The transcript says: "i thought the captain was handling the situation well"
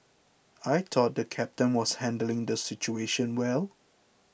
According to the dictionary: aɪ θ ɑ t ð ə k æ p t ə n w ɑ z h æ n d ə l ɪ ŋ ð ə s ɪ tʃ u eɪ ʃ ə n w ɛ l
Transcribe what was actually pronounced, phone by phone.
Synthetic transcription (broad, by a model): aɪ t ɑ t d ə k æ p t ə n w ɑ s h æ n d ə l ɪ ŋ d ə s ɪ tʃ u eɪ ʃ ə n w ɛ l